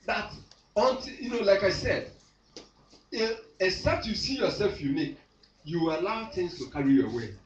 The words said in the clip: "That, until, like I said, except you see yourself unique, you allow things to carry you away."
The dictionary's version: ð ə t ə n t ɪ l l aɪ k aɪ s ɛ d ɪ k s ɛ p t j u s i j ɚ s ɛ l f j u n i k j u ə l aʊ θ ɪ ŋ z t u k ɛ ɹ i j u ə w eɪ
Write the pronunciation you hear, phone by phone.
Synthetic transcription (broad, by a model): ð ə t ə n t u n l aɪ k aɪ s ɛ d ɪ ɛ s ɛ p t j u s i j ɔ s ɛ l f j u n i k j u ə l aʊ t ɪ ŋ s t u k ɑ ɹ i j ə w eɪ